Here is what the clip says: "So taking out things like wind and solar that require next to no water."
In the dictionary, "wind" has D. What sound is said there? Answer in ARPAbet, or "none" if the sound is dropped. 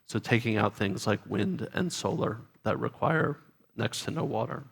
D